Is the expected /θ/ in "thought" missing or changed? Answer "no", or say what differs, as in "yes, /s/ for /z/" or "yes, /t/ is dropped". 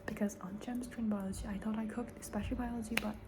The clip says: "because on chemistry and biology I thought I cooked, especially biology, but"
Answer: no